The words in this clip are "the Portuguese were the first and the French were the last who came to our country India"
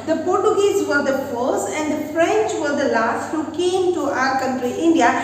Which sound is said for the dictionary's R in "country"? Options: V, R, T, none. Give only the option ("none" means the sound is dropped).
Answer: R